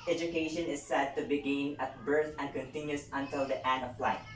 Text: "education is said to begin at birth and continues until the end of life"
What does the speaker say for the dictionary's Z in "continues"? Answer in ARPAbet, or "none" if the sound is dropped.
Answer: S